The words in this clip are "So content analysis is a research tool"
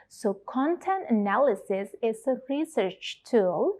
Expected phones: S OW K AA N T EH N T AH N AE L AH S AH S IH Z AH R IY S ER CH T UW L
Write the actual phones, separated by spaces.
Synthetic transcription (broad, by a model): S OW K AA N T EH N T AH N AE L AH S AH S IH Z AH R IY S ER CH T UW L